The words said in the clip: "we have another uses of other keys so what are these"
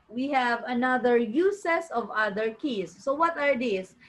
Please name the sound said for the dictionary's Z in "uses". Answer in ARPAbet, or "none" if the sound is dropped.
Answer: S